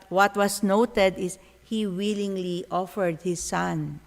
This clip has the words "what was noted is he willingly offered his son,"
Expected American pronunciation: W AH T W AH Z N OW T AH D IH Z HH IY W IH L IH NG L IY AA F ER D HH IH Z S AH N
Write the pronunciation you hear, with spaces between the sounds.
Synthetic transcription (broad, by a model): W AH T W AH S N OW T AH D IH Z HH IY W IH L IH NG L IY AA F ER D HH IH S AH N